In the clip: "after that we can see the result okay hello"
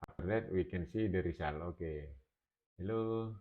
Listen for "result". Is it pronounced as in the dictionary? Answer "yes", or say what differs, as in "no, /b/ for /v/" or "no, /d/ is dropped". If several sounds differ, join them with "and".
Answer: no, /s/ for /z/ and /t/ is dropped